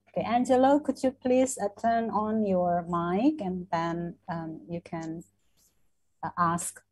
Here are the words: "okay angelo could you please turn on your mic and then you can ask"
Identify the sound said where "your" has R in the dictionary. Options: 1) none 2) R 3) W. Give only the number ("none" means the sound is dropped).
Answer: 2